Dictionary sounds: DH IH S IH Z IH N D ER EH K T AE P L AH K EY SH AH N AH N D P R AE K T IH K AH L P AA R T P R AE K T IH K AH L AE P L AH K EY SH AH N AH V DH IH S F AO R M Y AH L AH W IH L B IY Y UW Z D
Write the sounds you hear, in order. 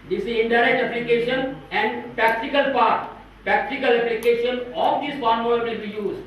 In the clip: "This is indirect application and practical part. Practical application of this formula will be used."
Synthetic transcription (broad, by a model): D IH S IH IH N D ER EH T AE P L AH K EY SH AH N AH N D P R AE K T IH K AH L P AA R T P R AE K T IH K AH L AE P L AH K EY SH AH N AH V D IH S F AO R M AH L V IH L B IY Y UW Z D